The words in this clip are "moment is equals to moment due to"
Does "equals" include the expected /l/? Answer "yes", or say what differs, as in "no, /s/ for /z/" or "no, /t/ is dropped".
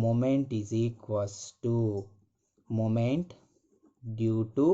no, /l/ is dropped